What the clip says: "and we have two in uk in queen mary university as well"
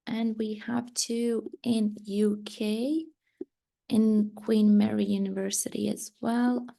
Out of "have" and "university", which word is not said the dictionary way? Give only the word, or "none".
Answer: none